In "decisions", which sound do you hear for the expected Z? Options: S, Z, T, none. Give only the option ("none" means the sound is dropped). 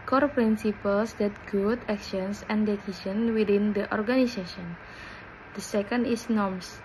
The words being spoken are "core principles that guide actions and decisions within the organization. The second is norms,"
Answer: none